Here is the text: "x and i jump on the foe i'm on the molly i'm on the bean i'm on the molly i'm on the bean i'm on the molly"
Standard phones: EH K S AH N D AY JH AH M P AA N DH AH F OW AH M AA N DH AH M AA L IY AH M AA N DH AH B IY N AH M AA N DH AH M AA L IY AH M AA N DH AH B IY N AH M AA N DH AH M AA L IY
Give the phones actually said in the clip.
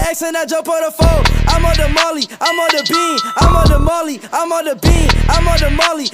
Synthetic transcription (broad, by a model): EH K S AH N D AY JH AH P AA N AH F OW AH M AA N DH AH M AA L IY AH M AA N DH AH B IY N AH M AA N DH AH M AA L IY AH M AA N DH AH B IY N AH M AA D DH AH M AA L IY